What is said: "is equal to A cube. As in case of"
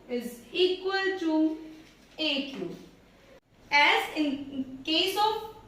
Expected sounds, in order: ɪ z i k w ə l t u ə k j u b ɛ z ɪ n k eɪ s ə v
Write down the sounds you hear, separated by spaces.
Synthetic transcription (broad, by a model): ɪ z i k w ə l t u ə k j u ɛ z ɪ n k eɪ s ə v